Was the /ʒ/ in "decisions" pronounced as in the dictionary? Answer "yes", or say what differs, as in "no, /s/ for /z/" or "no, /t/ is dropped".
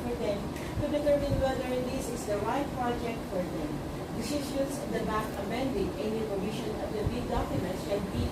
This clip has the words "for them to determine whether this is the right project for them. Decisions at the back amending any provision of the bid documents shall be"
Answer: no, /ʃ/ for /ʒ/